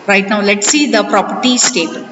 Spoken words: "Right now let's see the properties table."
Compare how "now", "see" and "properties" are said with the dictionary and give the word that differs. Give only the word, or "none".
properties